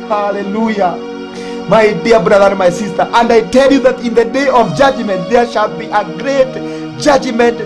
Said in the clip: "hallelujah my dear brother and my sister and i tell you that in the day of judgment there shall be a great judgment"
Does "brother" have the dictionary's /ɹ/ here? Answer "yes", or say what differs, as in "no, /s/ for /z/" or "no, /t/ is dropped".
yes